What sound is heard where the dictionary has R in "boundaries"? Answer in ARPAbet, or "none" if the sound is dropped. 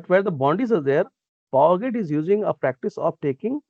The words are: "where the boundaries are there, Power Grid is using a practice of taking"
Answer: none